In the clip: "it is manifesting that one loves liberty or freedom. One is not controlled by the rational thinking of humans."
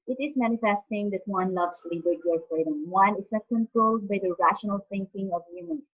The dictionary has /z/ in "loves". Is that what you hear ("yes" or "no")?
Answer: no